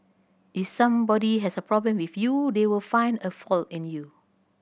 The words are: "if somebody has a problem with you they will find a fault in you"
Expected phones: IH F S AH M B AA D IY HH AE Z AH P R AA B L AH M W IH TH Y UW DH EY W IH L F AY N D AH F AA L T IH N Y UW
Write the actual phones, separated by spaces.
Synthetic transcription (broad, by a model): IH F S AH M B AA D IY HH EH S AH P R AA B L AH M W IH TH Y UW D EY W IH L F AY N D AH F AA L T IH N Y UW